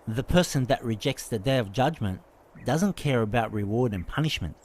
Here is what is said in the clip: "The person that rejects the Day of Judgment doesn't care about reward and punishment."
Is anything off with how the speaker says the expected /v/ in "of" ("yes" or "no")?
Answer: no